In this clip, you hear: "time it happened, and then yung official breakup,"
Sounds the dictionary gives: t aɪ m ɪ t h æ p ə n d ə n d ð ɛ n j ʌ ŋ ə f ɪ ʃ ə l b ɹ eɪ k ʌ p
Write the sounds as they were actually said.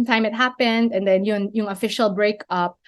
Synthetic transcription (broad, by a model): t aɪ m ɪ t h æ p ə n d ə n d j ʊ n j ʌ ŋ ə f ɪ ʃ ə l b ɹ eɪ k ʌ p